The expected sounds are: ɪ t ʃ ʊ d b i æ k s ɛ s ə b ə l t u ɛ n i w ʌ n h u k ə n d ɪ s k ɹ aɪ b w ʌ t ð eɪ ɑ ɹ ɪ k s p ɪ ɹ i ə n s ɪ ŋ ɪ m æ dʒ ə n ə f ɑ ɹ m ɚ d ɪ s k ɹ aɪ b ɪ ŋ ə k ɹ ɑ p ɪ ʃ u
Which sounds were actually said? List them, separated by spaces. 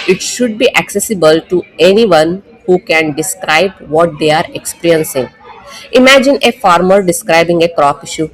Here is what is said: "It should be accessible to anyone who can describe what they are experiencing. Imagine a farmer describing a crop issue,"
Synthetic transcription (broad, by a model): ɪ t ʃ ʊ d b i æ k s ɛ s ə b ə l t u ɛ n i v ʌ n h u k ə n d ɪ s k ɹ aɪ b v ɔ t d eɪ ɑ ɹ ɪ k s p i ɹ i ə n s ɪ ŋ ɪ m æ dʒ ə n ə f ɑ ɹ m ɚ d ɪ s k ɹ aɪ b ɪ ŋ ə k ɹ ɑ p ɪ ʃ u